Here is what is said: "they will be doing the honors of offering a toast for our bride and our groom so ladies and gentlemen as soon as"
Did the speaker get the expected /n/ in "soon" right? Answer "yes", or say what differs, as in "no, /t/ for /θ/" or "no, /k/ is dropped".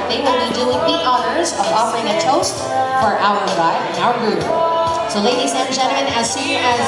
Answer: no, /n/ is dropped